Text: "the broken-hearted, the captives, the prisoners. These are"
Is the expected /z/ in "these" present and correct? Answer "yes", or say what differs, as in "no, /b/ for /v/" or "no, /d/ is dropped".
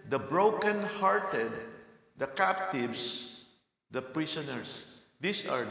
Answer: no, /s/ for /z/